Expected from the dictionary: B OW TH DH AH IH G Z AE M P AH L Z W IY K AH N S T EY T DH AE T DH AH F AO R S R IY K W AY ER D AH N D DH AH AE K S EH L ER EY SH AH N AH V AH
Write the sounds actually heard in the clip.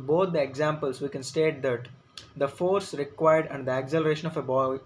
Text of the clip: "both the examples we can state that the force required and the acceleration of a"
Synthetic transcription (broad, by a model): B OW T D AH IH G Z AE M P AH L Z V IY K AH N S T EY T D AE T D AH F AO R S R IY K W AY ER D AH N D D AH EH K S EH L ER EY SH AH N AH B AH